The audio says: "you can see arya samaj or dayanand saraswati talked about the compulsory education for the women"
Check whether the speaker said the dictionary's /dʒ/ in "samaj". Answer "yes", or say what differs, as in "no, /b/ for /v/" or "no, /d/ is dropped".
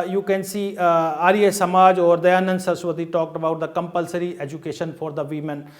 yes